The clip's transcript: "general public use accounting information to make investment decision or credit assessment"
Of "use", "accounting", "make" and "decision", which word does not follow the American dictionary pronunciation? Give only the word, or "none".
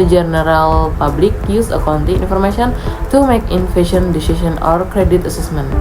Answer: decision